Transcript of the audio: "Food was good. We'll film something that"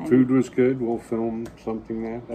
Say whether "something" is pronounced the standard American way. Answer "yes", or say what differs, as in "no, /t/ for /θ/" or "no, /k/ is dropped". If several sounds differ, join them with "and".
yes